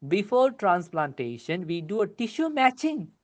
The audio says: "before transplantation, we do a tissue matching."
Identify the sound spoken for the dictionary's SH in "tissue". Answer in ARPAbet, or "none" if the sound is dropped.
SH